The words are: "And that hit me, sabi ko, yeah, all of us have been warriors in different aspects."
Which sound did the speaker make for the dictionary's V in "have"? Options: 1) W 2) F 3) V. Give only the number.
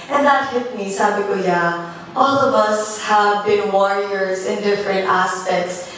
3